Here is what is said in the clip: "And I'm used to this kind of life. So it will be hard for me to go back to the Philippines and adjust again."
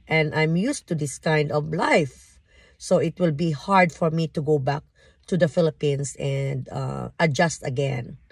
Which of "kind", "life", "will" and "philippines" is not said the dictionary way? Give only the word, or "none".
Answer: philippines